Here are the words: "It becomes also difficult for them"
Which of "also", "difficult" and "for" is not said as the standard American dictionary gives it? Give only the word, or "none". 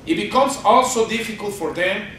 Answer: none